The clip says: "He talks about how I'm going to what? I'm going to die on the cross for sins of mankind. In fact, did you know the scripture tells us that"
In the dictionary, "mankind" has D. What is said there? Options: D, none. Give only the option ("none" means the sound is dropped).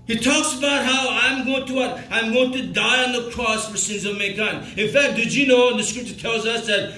none